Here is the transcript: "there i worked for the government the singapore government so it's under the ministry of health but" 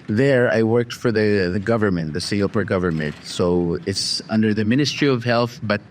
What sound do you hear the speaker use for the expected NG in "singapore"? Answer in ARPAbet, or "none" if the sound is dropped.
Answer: none